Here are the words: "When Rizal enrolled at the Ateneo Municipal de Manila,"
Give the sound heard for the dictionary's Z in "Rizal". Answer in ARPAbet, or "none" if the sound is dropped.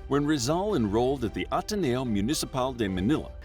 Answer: Z